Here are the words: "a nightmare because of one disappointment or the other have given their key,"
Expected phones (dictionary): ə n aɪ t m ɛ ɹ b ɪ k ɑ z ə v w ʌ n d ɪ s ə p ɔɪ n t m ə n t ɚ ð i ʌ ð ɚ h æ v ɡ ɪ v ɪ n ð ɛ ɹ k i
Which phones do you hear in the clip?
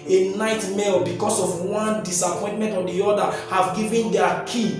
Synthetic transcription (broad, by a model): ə n aɪ t m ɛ l b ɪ k ɑ s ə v w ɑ n d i s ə p ɔɪ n t m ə n t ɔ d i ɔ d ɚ h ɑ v ɡ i v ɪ n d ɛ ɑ k i